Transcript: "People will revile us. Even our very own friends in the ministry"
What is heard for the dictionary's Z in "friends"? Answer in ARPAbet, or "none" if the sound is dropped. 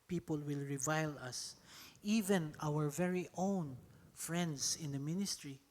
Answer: S